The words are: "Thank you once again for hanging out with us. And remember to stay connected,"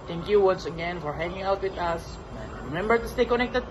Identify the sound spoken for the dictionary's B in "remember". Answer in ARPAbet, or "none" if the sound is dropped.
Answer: B